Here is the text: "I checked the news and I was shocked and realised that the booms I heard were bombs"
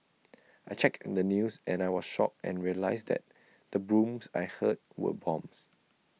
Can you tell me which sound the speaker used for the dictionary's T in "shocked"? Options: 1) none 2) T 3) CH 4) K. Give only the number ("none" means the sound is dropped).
1